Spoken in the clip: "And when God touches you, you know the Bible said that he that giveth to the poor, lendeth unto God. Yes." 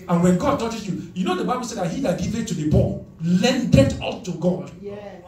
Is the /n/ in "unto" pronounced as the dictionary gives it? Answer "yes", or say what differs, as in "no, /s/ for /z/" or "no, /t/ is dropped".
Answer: no, /n/ is dropped